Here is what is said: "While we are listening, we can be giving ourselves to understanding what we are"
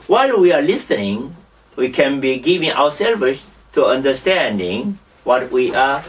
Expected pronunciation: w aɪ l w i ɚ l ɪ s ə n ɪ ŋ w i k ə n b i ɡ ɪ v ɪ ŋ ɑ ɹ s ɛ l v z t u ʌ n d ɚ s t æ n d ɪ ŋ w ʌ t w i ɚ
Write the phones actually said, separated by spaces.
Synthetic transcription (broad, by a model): w aɪ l w i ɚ l ɪ s ə n ɪ ŋ w i k ə n b i ɡ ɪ v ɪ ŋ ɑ w s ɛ l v s t u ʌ n d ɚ s t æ n d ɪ ŋ w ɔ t w i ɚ